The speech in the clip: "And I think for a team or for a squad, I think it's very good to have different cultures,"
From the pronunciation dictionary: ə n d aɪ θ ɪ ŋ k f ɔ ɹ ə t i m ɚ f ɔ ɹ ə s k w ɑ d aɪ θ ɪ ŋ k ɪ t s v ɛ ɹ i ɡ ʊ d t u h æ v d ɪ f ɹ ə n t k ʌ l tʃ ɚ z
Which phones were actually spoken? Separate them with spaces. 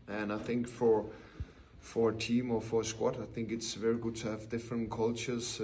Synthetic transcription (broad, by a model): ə n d aɪ θ ɪ ŋ k f ɔ ɹ ə t i m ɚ f ɔ ɹ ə s k w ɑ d aɪ θ ɪ ŋ k ɪ t s v ɛ ɹ i ɡ ʊ d t u h æ v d ɪ f ɹ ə n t k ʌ l tʃ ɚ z